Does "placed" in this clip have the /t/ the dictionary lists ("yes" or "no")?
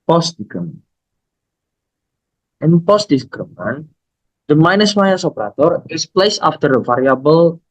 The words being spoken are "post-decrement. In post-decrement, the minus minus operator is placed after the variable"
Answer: no